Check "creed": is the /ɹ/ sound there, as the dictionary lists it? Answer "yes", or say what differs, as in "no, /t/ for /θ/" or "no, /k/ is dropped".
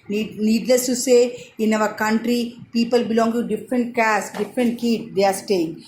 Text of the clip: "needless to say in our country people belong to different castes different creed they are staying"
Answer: no, /ɹ/ is dropped